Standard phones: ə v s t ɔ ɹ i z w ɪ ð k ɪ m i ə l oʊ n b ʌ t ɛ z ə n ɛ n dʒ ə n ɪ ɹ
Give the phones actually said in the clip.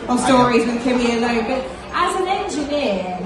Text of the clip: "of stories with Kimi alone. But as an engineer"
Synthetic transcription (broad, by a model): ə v s t ɔ ɹ i z w ɪ ð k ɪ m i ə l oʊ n b ʌ t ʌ z ə n ɛ n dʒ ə n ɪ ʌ